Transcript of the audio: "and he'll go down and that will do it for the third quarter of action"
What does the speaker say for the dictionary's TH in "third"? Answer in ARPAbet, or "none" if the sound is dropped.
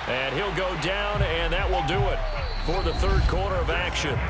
TH